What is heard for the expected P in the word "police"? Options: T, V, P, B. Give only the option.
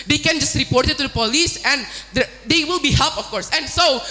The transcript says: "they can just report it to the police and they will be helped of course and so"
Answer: P